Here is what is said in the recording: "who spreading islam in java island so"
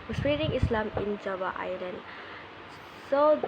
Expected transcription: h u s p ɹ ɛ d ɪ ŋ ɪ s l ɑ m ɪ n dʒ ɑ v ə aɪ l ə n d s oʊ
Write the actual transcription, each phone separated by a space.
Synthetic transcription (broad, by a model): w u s ɹ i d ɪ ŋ ɪ s l ɑ m ɪ n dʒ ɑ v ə aɪ l ə n d s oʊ